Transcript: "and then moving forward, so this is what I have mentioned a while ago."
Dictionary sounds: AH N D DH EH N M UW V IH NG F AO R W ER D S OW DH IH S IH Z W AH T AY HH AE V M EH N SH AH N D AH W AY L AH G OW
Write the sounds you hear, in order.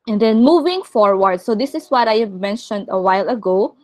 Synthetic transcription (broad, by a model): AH N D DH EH N M UW V IH NG F AO R W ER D S OW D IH S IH S W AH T AY HH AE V M EH N SH AH N D AH W AY L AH G OW